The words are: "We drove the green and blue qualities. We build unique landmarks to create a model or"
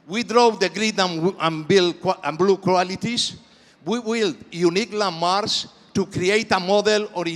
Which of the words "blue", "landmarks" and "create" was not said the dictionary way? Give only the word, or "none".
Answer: landmarks